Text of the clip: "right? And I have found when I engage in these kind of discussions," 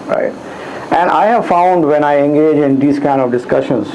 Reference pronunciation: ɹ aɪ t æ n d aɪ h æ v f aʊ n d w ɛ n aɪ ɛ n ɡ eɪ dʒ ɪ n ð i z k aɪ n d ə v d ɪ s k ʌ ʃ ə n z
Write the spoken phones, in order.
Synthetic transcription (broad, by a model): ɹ aɪ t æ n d aɪ h æ v f aʊ n d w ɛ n aɪ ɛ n ɡ eɪ dʒ ɪ n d i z k aɪ n d ə v d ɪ s k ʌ ʃ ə n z